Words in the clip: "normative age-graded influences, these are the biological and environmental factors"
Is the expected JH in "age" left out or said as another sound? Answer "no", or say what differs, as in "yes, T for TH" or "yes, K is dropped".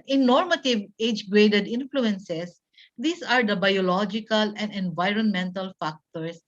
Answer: no